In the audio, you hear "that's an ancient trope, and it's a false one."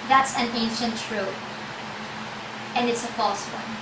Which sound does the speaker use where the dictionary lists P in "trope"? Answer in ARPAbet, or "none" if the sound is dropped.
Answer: none